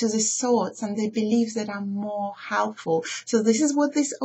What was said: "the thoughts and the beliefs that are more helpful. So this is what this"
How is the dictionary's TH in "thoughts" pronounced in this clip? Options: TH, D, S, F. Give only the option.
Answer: S